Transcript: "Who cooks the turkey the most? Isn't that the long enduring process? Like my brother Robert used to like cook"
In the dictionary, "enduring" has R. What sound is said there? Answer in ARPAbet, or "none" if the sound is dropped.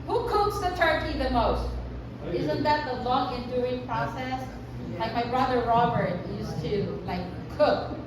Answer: none